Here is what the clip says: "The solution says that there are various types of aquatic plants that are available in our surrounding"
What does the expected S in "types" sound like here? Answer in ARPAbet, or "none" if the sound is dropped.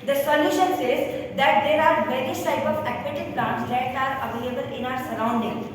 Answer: none